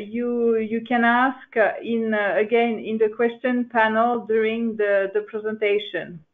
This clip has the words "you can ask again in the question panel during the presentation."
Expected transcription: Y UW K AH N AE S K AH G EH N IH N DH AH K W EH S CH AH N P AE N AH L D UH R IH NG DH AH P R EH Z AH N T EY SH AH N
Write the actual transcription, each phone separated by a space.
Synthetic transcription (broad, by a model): Y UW K AH N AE S K AH G EH N IH N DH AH K W EH S CH AH N P AE N AH L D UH R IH NG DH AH P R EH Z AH N T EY SH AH N